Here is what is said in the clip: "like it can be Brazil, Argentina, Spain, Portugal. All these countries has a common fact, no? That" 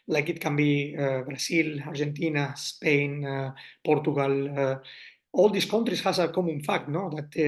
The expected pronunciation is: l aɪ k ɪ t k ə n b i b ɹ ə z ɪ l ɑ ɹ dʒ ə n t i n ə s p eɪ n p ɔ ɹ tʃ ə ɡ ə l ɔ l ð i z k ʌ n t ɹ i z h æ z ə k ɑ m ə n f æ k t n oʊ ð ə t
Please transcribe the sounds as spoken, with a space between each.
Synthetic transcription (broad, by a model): l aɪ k ɪ t k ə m b i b ɹ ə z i l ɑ ɹ ʒ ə n t i n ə s p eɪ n p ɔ ɹ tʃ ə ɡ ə l ɔ l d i s k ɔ n t ɹ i s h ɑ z ə k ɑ m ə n f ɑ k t n oʊ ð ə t